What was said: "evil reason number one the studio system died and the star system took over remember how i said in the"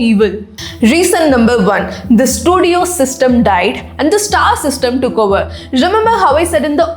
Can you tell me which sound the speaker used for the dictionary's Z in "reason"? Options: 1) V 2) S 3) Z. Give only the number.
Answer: 2